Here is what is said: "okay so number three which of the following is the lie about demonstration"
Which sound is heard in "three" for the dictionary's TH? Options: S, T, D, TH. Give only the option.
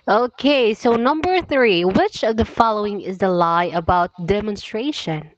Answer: TH